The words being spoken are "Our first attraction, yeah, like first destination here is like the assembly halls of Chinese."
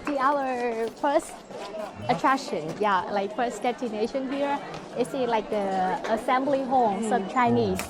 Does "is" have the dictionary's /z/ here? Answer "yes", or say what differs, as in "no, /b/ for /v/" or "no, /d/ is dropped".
no, /s/ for /z/